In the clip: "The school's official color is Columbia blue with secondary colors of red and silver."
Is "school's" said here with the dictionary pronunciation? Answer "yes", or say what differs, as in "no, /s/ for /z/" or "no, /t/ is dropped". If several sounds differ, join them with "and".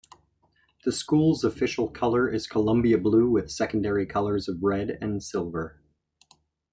yes